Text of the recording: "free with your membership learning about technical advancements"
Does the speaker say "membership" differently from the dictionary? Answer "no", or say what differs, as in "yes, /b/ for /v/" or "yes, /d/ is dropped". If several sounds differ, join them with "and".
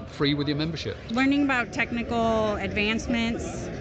no